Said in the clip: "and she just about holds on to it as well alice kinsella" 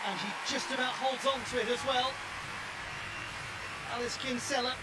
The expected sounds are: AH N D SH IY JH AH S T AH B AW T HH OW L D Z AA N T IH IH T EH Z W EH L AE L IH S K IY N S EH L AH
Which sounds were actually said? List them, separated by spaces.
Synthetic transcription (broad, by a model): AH N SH IY JH AH S T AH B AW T HH OW L D Z N T IH IH T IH Z W EH L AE L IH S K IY N S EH L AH